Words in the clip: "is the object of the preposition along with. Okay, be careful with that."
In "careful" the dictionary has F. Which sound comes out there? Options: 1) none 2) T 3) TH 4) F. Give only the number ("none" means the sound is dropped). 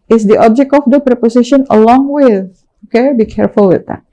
4